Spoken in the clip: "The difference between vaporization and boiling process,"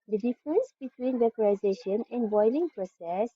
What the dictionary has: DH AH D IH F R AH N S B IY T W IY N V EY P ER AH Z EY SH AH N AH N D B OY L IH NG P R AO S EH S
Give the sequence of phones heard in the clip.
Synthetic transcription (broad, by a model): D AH D IH F R AH N S B IY T W IY N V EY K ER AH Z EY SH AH N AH N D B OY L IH NG P R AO S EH S